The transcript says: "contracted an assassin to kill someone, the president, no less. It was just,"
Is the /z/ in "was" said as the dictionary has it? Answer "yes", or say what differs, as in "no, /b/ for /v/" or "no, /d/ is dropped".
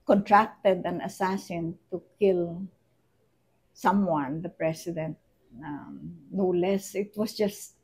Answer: no, /s/ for /z/